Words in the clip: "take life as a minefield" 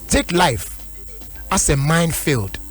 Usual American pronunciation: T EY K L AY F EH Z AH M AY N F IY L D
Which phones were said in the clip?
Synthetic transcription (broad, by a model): T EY K L AY F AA S AH M AY N F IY L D